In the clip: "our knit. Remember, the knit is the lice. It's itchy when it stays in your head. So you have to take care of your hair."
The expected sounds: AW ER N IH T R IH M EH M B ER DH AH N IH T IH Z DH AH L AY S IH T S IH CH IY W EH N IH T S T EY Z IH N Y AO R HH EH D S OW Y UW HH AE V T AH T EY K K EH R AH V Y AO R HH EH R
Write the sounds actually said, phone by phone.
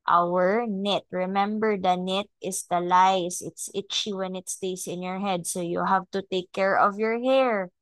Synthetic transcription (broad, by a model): AW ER N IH T R IH M EH M B ER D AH N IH T IH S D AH L AY S IH T S IH CH IY W EH N IH T S T EY S IH N Y AO R HH EH D S OW Y UW HH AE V T AH T EY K K EH R AH V Y AO R HH EH R